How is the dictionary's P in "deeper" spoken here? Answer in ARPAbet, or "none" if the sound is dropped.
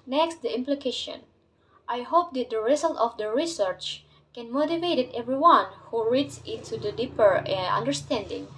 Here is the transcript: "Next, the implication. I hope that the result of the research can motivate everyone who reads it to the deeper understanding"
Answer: P